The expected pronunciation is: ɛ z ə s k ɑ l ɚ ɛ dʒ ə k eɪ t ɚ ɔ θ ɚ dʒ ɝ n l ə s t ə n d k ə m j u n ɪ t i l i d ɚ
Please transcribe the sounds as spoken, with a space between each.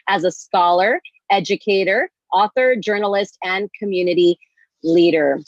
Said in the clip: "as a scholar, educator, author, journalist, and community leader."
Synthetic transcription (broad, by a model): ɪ z ə s k ɑ l ɚ ɛ dʒ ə k eɪ t ɚ ɔ θ ɚ dʒ ɝ n l ə s t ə n k ə m j u n ɪ t i l i d ɚ